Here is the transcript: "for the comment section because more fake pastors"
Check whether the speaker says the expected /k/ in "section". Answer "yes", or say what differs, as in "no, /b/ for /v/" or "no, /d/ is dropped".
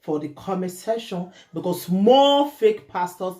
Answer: no, /k/ is dropped